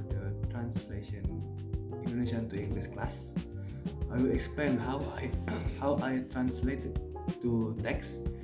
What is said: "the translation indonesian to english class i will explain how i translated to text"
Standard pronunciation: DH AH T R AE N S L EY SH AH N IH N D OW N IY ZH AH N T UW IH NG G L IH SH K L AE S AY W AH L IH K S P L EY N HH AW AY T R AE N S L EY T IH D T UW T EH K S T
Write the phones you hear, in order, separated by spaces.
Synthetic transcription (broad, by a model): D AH T R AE N S L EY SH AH N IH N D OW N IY SH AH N T UW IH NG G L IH S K L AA S AY W AH L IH K S P L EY N HH AW AY T R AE N S L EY T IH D T UW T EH K S